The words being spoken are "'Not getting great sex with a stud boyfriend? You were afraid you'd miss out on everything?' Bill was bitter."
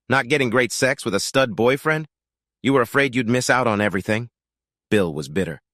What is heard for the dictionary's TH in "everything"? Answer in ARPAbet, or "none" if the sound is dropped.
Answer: TH